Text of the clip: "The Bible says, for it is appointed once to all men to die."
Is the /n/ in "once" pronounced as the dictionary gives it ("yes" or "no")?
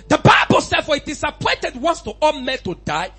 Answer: yes